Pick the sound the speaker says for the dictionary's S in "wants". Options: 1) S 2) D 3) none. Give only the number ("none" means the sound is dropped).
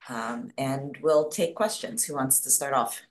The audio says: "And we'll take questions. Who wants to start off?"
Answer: 1